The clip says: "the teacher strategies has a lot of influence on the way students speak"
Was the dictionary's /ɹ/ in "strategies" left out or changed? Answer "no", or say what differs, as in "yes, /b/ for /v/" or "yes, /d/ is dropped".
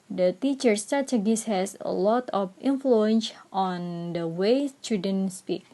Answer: yes, /ɹ/ is dropped